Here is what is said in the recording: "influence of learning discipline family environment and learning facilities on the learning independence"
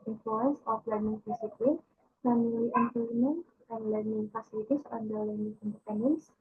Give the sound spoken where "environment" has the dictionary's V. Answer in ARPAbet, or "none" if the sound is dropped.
P